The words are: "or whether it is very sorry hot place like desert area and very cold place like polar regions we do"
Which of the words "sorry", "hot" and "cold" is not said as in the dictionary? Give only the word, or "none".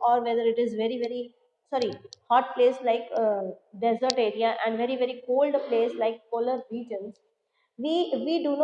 none